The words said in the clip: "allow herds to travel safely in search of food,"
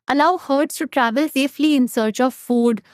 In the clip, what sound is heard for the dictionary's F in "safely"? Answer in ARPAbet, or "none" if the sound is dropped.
F